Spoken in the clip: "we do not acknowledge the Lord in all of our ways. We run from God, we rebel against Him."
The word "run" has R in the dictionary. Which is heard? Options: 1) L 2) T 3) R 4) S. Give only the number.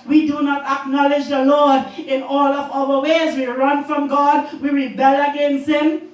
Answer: 3